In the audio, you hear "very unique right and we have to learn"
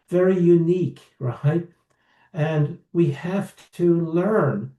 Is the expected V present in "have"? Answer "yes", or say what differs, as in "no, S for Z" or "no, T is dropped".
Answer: no, F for V